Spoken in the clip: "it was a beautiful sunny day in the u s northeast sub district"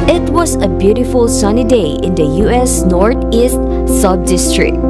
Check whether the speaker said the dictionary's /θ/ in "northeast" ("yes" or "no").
no